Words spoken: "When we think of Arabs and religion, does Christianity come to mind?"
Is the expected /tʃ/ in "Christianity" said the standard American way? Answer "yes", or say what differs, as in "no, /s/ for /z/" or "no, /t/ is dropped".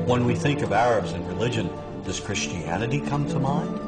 yes